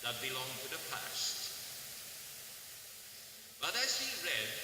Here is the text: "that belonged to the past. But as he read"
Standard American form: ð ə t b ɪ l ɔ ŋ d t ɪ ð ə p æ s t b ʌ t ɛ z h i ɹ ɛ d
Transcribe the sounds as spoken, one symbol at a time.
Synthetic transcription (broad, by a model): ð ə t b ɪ l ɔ ŋ t ɪ ð ə p æ s t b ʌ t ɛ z h i ɹ ɛ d